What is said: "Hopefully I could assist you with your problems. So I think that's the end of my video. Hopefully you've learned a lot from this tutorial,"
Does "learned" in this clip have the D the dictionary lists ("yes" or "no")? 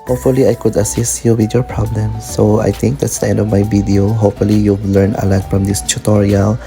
no